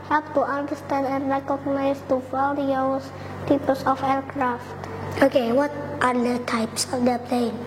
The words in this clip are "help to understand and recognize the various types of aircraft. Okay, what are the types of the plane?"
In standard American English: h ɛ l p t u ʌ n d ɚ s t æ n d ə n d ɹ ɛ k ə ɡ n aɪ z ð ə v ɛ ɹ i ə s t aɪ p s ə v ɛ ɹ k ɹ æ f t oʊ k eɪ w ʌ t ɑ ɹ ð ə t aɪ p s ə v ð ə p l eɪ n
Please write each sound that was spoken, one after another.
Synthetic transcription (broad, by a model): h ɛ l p t u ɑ n d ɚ s t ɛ n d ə n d ɹ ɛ k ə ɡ n aɪ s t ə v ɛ l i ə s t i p s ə f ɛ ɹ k ɹ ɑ f t oʊ k eɪ w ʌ t ɑ ɹ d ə t aɪ p s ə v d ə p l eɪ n